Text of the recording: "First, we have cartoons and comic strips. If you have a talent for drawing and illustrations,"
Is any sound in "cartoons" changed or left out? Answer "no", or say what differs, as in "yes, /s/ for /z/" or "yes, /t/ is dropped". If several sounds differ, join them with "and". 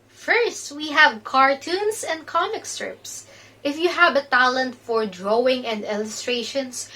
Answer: yes, /s/ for /z/